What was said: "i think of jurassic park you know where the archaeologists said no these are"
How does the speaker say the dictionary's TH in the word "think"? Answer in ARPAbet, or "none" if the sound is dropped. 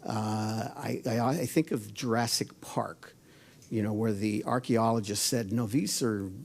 TH